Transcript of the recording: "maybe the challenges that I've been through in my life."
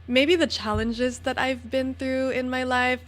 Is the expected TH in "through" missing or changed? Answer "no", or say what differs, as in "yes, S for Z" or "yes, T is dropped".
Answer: no